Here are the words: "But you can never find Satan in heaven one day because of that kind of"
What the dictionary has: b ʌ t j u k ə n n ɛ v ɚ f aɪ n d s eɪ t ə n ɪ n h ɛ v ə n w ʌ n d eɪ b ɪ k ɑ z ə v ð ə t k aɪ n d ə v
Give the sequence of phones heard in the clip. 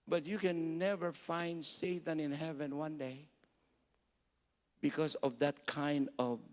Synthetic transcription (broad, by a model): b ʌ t j u k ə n n ɛ v ɚ f aɪ n d s eɪ t ə n ɪ n h ɛ v ə n w ʌ n d eɪ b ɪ k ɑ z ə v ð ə t k aɪ n d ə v